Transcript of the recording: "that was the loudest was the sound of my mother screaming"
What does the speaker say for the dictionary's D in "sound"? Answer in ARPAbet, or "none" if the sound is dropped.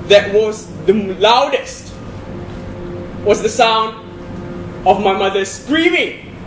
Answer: D